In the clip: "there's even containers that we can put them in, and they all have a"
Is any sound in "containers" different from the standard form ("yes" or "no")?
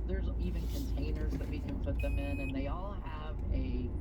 no